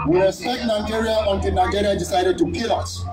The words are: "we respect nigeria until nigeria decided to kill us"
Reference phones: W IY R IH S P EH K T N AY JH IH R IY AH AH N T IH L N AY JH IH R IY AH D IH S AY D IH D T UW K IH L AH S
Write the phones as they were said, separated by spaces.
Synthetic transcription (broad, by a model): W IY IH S EH T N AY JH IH R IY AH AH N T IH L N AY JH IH R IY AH D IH S AY D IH D T UW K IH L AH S